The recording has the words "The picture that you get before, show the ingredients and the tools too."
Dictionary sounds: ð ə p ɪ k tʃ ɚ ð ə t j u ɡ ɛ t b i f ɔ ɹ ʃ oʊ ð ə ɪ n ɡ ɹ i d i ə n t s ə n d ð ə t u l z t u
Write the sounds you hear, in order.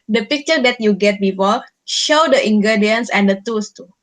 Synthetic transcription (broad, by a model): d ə p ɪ k tʃ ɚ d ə t j u ɡ ɛ t b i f ɔ ʃ oʊ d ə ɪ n ɡ ɹ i d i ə n s ə n d ə t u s t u